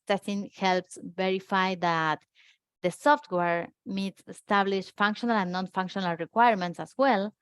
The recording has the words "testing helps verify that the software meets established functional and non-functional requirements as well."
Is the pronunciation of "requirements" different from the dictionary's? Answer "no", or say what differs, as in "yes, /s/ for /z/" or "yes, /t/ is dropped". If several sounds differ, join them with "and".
no